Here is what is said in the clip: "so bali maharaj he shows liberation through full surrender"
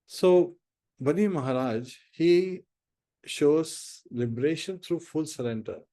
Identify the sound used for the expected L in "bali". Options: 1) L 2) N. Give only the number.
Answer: 2